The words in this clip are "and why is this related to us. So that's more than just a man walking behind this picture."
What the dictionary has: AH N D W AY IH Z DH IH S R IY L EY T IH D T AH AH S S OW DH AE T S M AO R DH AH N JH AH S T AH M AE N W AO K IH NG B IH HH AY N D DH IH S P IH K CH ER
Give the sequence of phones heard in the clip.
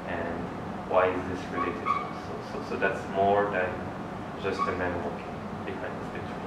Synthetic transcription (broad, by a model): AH N W AY IH Z DH IH S R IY L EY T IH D S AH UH S S OW DH AE T S M AO R DH AH N JH AH S T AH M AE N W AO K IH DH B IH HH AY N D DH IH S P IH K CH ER